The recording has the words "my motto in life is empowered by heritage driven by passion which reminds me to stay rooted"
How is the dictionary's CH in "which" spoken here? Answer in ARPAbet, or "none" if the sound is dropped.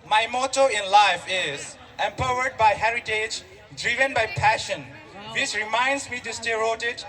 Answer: S